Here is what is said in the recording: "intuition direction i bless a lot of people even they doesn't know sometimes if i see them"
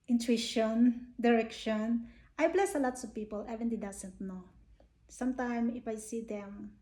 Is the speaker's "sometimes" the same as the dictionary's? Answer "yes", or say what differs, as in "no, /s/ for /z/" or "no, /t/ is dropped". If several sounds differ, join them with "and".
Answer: no, /z/ is dropped